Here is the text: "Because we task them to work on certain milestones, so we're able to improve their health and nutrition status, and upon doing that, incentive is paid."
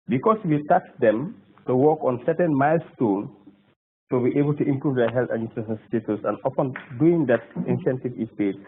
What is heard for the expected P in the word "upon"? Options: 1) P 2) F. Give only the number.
2